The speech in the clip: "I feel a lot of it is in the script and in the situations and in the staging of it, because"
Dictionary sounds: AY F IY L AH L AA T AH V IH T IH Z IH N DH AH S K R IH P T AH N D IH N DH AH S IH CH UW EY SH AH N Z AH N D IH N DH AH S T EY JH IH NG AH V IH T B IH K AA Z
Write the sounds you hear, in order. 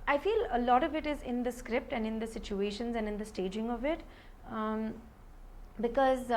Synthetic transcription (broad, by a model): AY F IY L AH L AA T AH V IH T IH Z IH N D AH S K R IH P T AH N D IH N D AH S IH CH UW EY SH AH N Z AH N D IH N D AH S T EY JH IH NG AH V IH T B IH K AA Z